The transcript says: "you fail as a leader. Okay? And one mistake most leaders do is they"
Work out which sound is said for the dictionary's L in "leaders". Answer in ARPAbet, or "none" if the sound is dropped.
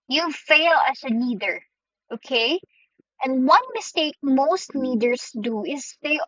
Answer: N